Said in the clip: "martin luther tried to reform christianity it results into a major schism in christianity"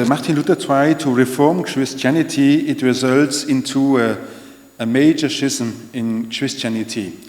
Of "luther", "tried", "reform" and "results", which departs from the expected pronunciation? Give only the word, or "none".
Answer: luther